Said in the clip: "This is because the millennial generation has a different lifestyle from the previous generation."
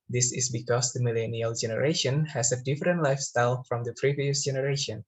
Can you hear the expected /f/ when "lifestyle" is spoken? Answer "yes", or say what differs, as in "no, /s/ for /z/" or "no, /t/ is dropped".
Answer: yes